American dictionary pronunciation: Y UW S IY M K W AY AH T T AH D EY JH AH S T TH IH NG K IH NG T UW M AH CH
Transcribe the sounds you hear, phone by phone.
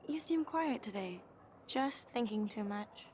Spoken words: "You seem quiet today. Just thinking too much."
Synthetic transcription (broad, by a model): Y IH S IY M K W AY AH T T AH D EY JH AH S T TH IH NG K IH NG T UW M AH CH